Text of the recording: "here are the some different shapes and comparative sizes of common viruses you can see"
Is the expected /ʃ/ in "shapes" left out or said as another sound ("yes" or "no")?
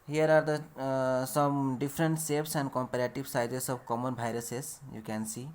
yes